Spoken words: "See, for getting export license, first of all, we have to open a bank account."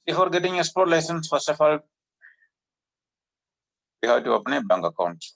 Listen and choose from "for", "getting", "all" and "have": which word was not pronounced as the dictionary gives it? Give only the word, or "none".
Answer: have